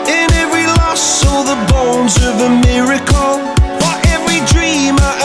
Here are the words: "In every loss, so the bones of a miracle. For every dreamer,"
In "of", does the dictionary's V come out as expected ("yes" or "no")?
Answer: yes